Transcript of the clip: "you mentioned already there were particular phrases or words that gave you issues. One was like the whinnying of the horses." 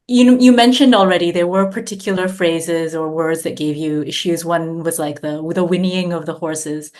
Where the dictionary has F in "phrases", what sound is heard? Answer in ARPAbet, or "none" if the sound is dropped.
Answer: F